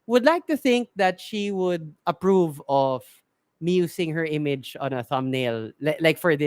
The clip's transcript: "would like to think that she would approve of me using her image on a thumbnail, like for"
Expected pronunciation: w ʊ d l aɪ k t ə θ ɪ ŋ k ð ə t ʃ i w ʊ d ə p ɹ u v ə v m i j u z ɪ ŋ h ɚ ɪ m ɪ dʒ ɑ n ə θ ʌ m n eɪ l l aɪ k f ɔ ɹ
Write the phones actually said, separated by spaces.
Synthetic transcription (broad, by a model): w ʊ d l aɪ k t ə θ ɪ ŋ k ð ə t ʃ i w ʊ d ə p ɹ u v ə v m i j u s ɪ ŋ h ɚ ɪ m ɪ dʒ ɑ n ə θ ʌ m n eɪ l l aɪ k f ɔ ɹ